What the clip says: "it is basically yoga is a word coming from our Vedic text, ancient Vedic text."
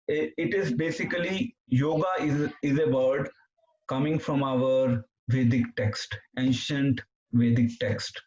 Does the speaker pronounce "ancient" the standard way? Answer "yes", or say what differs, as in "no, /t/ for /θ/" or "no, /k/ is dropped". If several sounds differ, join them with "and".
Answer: yes